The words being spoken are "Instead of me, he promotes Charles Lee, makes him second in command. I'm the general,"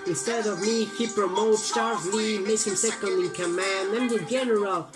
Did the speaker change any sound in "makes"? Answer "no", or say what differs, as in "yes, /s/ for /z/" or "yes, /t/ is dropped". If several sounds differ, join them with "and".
yes, /s/ is dropped